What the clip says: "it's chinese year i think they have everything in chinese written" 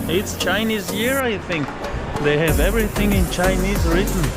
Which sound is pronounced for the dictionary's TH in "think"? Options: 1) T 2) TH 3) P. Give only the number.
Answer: 2